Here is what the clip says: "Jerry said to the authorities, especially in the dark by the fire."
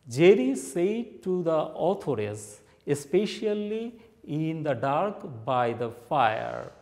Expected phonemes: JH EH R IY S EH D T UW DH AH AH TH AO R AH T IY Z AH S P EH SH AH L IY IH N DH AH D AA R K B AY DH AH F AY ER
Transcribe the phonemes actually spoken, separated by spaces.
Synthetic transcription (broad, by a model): JH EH R IY S EH D T UW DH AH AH T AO R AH S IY S P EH SH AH L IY IH N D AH D AA R K B AY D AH F AY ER